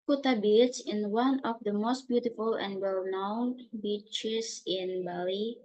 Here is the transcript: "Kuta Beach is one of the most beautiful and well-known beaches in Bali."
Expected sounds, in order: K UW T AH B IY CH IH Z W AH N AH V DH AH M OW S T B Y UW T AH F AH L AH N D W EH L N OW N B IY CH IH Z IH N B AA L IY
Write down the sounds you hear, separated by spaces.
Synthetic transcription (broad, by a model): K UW T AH B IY S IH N W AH N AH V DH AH M OW S T B Y UW T AH F AH L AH N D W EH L N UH N B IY CH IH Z IH N B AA L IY